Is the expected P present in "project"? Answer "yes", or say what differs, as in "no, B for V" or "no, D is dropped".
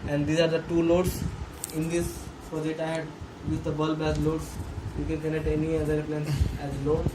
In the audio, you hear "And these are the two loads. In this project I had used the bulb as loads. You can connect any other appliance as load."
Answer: no, F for P